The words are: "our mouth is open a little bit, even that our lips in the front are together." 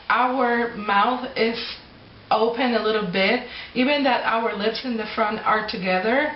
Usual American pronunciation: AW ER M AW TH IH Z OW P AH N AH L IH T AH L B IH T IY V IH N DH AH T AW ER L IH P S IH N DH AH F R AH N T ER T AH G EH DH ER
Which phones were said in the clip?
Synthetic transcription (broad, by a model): AW ER M AW TH IH Z OW P AH N AH L IH T L B IH T IY V IH N DH AH T AW ER L IH P S IH N DH AH F R AH N T ER T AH G EH DH ER